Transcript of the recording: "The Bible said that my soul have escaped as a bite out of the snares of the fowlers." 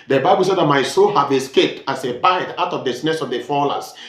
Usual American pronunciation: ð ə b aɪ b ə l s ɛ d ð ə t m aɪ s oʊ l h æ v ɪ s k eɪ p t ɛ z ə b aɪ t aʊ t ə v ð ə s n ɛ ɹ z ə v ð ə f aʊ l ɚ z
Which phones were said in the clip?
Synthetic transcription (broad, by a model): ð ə b aɪ b ə l s ɛ d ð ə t m aɪ s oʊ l h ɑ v ɪ s k eɪ p t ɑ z ə b aɪ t aʊ t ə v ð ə s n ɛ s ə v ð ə f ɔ l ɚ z